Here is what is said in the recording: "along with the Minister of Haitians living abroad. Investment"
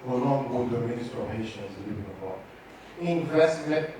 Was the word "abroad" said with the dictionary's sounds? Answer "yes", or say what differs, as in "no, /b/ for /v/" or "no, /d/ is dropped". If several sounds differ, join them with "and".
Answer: no, /ɹ/ is dropped and /d/ is dropped